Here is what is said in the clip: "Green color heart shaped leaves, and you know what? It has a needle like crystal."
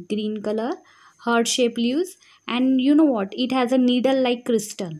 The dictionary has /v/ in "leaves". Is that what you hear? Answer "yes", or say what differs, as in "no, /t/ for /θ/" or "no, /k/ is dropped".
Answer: no, /v/ is dropped